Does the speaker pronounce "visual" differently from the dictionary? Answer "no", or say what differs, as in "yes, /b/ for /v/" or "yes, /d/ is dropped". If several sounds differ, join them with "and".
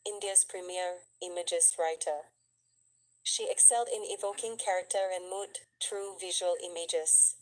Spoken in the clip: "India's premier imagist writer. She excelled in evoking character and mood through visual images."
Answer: no